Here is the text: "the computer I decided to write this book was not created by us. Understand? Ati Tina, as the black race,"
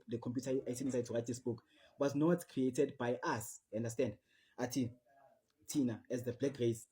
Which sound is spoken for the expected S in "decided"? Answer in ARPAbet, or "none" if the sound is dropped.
none